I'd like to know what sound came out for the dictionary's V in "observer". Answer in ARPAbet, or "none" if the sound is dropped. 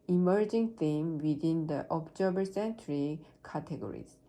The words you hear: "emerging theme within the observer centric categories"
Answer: B